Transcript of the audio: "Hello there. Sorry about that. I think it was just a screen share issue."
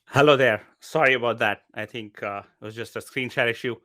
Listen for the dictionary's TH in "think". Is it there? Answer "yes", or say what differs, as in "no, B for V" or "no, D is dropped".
no, T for TH